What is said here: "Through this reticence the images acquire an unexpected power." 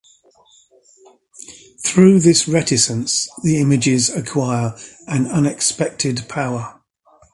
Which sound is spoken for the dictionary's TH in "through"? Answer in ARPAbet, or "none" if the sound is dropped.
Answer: TH